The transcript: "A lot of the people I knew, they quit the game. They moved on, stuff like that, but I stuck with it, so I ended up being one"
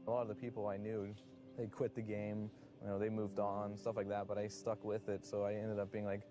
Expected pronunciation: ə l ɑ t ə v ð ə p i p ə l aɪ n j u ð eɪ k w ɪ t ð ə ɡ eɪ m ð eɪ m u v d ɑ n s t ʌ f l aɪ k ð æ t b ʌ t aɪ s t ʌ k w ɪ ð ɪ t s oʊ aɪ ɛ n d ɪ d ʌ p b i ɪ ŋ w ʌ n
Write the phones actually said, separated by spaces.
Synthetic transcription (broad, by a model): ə l ɑ t ə v ð ə p i p l aɪ n j u ð eɪ k w ɪ t ð ə ɡ eɪ m ð eɪ m u v d n s t ʌ f l aɪ k ð æ t b ʌ t aɪ s t ʌ k w ɪ ð ɪ t s oʊ aɪ ɛ n d ɪ d ʌ p b i ɪ ŋ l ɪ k